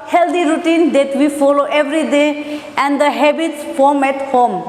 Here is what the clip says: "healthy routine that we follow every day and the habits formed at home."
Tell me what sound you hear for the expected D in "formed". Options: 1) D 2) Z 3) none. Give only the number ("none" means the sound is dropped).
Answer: 3